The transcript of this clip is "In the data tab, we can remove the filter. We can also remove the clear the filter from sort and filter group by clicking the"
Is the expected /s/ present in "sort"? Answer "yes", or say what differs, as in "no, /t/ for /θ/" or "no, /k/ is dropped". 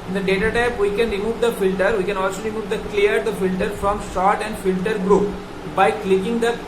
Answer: no, /ʃ/ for /s/